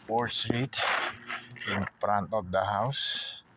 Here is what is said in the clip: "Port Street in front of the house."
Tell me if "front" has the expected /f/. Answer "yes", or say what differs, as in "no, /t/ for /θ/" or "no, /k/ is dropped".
no, /p/ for /f/